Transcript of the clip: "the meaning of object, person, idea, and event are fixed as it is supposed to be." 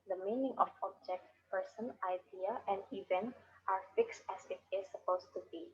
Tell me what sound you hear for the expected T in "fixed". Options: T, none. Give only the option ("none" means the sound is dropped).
T